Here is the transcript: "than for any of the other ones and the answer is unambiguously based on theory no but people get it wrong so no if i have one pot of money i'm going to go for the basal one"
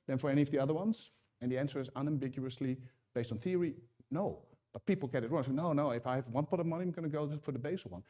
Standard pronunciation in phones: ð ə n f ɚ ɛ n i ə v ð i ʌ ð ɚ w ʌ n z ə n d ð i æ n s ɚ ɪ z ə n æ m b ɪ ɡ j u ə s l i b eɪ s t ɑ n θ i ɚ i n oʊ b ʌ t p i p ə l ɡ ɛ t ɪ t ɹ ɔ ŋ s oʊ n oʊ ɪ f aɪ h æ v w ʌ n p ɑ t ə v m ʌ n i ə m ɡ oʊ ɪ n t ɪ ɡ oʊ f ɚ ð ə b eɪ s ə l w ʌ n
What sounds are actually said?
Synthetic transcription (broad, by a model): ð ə n f ɚ ɛ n i ə v ð i ʌ ð ɚ w ʌ n z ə n ð i æ n s ɚ ɪ z ə n æ m b ɪ ɡ j u ə s l i b eɪ s t n θ i ɚ i n oʊ b ʌ t p i p l ɡ ɛ t ɪ t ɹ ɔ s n oʊ n oʊ ɪ f aɪ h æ v w ʌ n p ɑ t ə v m ʌ n i ə m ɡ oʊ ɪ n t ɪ ɡ oʊ f ɚ ð ə b eɪ s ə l w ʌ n